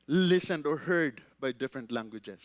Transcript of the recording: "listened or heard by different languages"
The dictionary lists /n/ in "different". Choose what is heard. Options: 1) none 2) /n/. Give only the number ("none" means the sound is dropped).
2